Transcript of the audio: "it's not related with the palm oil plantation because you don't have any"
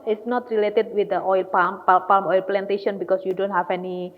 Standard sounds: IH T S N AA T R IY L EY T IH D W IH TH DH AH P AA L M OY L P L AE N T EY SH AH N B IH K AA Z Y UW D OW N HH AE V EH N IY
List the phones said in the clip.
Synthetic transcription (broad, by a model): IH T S N AA T R IY L EY T IH D W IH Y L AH P AA L M OY L P L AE N T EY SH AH N B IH K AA S Y UW D OW N HH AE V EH N IY